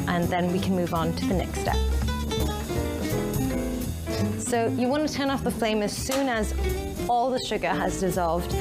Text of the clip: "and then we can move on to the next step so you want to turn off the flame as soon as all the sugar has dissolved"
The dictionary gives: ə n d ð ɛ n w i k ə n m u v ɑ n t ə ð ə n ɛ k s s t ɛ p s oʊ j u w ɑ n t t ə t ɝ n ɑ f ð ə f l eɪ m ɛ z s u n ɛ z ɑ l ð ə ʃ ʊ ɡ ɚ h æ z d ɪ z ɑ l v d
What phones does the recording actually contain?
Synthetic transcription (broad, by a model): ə n ð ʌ n w i k ə n m u v n t ə ð ə n ɛ k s s t ɛ p s oʊ j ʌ w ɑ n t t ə t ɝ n ɑ f ð ə f l eɪ m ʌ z s u n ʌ z ɑ l ð ə ʃ ʊ ɡ ɚ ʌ z d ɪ z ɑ l v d